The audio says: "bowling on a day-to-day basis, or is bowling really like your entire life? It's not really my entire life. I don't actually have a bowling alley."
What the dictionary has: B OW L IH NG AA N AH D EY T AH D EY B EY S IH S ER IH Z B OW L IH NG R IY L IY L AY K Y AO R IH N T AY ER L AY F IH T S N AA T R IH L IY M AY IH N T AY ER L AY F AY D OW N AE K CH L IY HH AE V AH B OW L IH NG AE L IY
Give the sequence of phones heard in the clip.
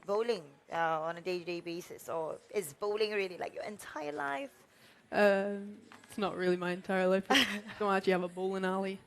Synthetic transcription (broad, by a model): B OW L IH NG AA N AH D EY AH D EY B EY S IH S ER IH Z B OW L IH NG R IY L IY L AY K Y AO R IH N T AY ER L AY F IH T S N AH T R IH L IY M AY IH N T AY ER L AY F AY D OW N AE CH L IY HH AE V AH B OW L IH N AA L IY